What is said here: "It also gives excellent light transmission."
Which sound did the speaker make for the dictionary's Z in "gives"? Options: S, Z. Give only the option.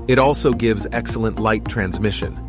Z